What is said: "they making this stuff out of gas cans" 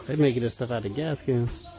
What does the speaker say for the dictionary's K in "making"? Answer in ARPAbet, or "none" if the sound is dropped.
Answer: none